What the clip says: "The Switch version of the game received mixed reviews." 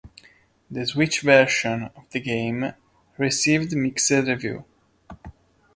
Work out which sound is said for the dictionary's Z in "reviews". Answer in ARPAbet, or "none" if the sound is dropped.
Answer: none